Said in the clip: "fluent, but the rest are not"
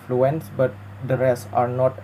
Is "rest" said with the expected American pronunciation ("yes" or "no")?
no